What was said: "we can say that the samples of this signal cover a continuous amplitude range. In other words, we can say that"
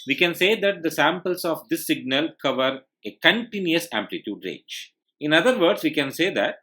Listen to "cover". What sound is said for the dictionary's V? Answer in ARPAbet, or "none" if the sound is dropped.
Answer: V